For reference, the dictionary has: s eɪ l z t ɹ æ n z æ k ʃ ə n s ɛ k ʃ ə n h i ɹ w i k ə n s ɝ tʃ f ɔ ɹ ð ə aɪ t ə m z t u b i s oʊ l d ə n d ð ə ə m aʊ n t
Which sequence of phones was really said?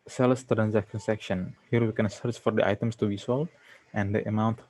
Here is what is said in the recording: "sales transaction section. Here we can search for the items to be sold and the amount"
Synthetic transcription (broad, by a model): s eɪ l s t ɹ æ n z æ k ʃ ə n s ɛ k ʃ ə n h i ɹ w i k ə n s ɝ tʃ f ɔ ɹ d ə aɪ t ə m s t u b i s oʊ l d ə n d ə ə m aʊ n t